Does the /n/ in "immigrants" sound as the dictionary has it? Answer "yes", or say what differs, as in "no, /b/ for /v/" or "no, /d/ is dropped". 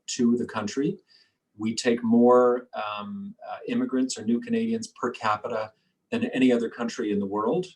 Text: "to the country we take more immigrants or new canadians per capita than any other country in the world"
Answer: yes